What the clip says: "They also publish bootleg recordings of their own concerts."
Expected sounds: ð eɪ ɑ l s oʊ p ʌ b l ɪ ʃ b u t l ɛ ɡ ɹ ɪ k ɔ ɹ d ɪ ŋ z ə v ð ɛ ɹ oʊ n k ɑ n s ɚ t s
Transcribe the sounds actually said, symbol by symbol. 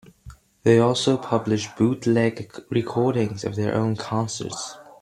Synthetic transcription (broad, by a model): ð eɪ ɑ l s oʊ p ʌ b l ɪ ʃ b u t l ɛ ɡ ɹ ɪ k ɔ ɹ d ɪ ŋ z ə v ð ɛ ɹ oʊ n k ɑ n s ɚ t s